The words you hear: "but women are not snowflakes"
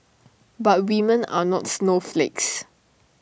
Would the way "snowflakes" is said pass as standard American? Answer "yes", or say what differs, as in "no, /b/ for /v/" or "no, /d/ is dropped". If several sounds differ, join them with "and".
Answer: yes